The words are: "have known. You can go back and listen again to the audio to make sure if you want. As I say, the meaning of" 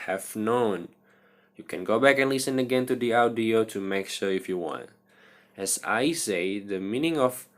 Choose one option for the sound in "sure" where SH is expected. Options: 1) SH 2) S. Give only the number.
1